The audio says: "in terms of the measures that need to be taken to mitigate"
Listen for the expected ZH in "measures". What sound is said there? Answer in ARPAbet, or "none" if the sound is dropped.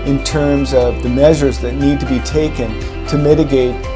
ZH